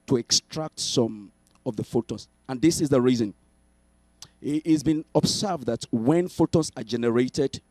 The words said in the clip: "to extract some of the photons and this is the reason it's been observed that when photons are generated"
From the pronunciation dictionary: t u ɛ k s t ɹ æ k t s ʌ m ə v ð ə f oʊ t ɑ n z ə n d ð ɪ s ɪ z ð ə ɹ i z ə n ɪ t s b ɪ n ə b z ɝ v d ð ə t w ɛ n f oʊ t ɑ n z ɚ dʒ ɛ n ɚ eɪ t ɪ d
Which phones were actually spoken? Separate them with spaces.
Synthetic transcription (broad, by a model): t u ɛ k s t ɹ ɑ k t s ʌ m ə v ð ə f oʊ t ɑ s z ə n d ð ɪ s ɪ z ð ə ɹ i z ə n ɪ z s b ɪ n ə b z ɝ v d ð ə t w ɛ n f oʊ t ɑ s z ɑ dʒ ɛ n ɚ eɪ t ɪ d